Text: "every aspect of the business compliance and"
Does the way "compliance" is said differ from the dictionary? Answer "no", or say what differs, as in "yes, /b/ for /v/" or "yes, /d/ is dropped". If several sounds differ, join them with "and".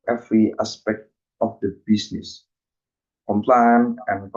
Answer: yes, /s/ is dropped